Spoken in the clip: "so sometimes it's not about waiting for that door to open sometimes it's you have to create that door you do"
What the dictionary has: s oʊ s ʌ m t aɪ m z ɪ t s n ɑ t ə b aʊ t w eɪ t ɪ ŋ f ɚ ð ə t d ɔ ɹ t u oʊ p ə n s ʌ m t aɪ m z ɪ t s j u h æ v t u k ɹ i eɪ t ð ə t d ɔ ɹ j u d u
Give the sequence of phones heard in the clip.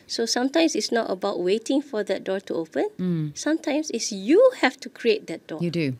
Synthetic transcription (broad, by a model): s oʊ s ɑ m t aɪ m s ɪ t s n ɑ t ə b aʊ t w eɪ t ɪ ŋ f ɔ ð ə t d ɔ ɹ t u oʊ p ə n s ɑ m t aɪ m s ɪ t s j u h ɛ f t u k ɹ i eɪ t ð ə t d ɔ j u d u